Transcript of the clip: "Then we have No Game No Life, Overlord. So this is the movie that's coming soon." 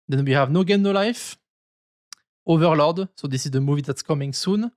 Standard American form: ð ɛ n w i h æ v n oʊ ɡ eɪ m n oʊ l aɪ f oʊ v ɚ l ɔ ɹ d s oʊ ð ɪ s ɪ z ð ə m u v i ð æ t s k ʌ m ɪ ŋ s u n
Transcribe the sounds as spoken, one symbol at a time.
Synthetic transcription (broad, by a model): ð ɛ n w i h æ v n oʊ ɡ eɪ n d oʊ l aɪ f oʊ v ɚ l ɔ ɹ d s oʊ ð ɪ s ɪ z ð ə m u v i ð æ t s k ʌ m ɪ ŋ s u n